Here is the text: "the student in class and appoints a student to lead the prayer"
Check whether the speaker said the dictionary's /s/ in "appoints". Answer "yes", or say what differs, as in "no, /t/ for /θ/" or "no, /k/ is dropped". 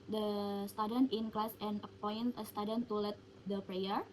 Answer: no, /s/ is dropped